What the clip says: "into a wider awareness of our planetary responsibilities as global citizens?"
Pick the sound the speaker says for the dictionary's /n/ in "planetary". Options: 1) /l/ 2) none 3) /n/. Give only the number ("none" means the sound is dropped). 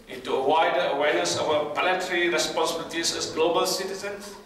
1